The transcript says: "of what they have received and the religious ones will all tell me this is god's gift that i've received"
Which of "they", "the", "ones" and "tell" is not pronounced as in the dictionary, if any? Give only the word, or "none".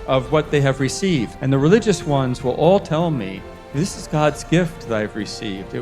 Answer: none